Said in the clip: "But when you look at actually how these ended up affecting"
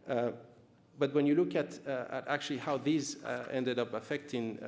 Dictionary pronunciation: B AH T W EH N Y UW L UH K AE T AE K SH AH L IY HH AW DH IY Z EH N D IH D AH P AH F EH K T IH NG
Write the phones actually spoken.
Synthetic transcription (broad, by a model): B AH T W EH N Y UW L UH K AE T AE K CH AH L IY HH AW DH IY Z EH N D IH D AH P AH F EH K T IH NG